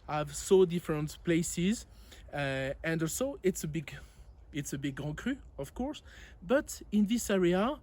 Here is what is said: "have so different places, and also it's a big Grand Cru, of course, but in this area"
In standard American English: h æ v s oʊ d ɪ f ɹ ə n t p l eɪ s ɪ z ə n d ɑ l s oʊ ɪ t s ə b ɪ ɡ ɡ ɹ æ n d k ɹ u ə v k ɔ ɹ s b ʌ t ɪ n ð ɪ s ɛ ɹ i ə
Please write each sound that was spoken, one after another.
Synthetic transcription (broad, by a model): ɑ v s oʊ d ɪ f ɹ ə n t p l eɪ s ɪ z ə n d ɑ l s oʊ ɪ t s ə b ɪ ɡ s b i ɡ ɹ k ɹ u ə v k ɔ ɹ s b ʌ t ɪ n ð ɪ s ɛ ɹ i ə